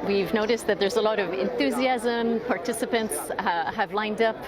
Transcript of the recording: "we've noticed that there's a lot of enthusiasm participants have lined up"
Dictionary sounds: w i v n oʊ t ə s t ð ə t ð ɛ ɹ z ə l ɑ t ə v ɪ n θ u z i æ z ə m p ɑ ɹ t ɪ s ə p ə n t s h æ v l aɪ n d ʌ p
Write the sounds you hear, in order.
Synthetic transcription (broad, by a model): w i v n oʊ t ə s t ð ə t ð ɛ ɹ z ə l ɑ t ə v ɪ n θ u z i æ z ə m p ɑ ɹ t ɪ s ə p ə n t s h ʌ v l aɪ n d ʌ p